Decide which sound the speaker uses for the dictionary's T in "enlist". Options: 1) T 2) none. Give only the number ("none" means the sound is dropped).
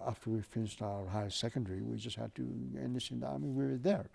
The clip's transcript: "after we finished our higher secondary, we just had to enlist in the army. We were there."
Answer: 2